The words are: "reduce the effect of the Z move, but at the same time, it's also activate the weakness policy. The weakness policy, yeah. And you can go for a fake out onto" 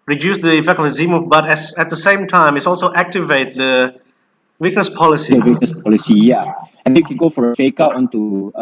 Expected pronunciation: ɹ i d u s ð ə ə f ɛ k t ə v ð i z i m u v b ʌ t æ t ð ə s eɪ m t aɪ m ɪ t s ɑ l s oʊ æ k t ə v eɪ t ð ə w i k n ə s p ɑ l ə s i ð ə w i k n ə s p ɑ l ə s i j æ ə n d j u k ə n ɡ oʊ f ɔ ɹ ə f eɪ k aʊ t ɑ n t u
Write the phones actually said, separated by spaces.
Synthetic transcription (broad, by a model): ɹ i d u s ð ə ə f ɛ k ə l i z i m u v b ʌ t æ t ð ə s eɪ m t aɪ m ɪ t s ɑ l s oʊ æ k t ə v eɪ t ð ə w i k n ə s p ɑ l ə s i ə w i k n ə s p ɑ l ə s i j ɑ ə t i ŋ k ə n ɡ oʊ f ɔ ɹ ə f eɪ k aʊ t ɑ n t u